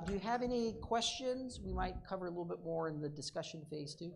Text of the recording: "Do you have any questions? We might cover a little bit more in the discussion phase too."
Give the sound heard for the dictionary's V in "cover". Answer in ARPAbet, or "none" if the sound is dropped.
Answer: V